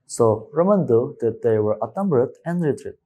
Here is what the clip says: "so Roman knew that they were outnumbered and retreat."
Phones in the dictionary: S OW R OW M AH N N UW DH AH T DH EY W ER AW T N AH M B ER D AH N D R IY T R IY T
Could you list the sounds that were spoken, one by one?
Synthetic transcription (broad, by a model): S OW R OW M AH N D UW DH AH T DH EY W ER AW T AH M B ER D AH N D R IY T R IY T